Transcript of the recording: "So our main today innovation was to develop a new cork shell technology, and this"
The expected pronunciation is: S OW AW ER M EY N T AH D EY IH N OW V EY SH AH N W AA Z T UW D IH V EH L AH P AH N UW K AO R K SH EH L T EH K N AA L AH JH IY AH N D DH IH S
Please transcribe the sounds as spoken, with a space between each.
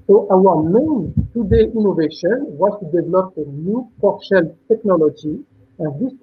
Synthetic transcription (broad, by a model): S OW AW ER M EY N T AH D EY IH N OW V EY SH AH N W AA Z T UW D IH V EH L AH P AH N UW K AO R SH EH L T EH K N AA L AH JH IY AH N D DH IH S